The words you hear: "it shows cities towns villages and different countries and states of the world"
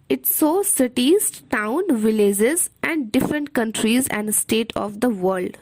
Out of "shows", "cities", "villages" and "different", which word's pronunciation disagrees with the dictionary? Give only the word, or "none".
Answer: shows